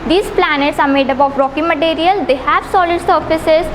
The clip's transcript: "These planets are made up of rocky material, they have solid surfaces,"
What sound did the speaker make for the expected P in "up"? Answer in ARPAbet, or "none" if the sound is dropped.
B